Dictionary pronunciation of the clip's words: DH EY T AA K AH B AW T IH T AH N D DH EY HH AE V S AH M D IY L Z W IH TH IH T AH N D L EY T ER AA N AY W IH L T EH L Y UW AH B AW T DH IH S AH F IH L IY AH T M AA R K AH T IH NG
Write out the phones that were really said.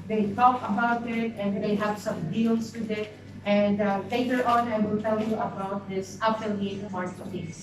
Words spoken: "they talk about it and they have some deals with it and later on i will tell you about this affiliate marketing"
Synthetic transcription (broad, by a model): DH EY T AA K AH B AW T IH T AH N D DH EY HH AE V S AH M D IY L S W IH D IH T AH N D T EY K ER AA N AY W IH L T EH L Y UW AH B AW T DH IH S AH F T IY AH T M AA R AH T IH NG